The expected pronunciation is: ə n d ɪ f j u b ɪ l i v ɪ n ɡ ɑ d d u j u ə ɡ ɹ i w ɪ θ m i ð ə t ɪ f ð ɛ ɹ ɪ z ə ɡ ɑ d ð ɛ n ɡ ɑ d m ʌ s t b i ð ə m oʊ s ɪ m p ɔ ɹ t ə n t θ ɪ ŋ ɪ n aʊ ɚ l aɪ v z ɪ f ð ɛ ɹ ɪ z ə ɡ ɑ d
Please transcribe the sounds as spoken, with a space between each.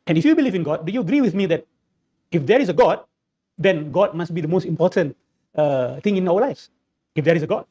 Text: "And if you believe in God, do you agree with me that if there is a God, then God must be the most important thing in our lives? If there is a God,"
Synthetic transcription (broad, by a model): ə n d ɪ f j u b ɪ l i v ɪ n ɡ ɑ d d u j u ə ɡ ɹ i w ɪ θ m i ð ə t ɪ f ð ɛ ɹ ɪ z ə ɡ ɑ d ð ɛ n ɡ ɑ d m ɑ s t b i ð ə m oʊ s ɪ m p ɔ t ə n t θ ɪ ŋ ɪ n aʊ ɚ l aɪ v s ɪ f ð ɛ ɹ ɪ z ə ɡ ɑ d